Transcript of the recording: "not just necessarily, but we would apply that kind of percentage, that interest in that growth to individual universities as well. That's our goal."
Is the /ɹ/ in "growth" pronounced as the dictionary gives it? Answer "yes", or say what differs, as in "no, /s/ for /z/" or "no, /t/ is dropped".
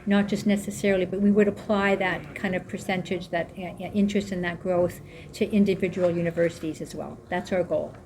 yes